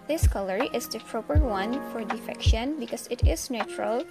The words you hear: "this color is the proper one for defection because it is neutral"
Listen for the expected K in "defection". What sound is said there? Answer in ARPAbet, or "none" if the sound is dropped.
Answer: K